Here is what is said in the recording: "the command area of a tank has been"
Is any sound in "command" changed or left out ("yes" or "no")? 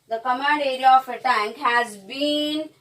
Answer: yes